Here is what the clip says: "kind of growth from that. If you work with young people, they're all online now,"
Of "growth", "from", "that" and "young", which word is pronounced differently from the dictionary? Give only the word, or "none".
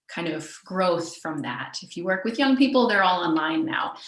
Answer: none